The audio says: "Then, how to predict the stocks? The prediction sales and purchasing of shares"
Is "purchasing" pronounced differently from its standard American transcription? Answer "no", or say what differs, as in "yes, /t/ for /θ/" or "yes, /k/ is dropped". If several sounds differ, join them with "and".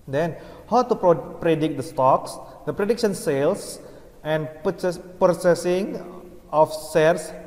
yes, /s/ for /tʃ/